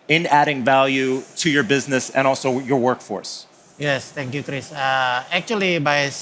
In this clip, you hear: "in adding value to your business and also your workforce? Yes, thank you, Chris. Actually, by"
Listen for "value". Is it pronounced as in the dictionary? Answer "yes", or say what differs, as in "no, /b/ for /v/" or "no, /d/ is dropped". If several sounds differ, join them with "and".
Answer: yes